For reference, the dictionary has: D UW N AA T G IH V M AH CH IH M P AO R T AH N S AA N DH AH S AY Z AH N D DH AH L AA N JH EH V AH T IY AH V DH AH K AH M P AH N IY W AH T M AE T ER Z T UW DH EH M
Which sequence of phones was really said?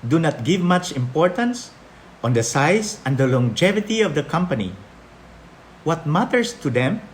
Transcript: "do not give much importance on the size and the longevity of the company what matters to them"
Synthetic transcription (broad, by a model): D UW N AA T G IH V M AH CH IH M P AO R T AH N S AA N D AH S AY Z AH N D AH L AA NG JH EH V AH T IY AH V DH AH K AH M P AH N IY W AH T M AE T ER S T UW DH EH M